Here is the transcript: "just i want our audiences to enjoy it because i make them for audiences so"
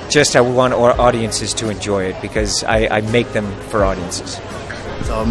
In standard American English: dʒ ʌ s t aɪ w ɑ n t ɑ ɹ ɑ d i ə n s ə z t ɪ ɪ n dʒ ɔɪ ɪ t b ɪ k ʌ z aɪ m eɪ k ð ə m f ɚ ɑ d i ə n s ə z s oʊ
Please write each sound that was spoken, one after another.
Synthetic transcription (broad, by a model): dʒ ʌ s t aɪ w ɑ n t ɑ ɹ ɑ d i ə n s ə z t ɪ ɪ n dʒ ɔɪ ɪ t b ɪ k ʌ z aɪ m eɪ k ð ə m f ɚ ɑ d i ə n s ə z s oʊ